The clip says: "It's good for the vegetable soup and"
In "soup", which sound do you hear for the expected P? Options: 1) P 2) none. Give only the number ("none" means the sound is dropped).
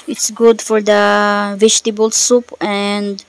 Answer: 1